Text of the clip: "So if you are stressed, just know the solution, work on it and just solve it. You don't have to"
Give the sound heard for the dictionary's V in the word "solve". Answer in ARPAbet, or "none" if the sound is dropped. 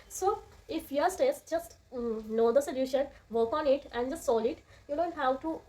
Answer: none